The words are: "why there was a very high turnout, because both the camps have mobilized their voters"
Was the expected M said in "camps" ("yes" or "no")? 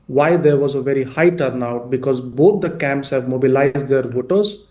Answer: yes